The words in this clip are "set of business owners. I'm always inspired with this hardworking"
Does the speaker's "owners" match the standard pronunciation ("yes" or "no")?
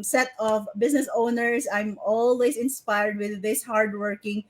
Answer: no